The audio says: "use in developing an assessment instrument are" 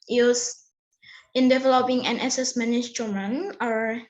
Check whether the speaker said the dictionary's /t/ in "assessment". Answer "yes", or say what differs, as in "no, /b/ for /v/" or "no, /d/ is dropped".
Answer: no, /t/ is dropped